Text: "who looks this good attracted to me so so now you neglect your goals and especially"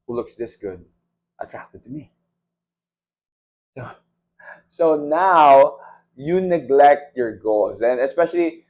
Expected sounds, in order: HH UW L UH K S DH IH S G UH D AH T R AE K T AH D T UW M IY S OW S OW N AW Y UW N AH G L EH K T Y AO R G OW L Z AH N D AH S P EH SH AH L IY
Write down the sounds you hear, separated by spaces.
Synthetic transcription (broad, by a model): HH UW L UH K S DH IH S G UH D AH T R AE K T AH D T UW M IY S OW S OW N AW Y UW N AH G L EH K T Y AO R G OW L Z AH N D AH S P EH SH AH L IY